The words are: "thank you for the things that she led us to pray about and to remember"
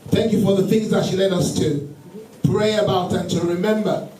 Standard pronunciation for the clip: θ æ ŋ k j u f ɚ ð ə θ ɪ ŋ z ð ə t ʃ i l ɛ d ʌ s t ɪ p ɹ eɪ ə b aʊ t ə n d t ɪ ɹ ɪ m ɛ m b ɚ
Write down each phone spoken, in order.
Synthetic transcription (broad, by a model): θ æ ŋ k j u f ɚ ð ə θ ɪ ŋ z ð ə t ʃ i l ɛ d ʌ s t ɪ p ɹ eɪ ə b aʊ t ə n t ɪ ɹ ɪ m ɛ m b ɚ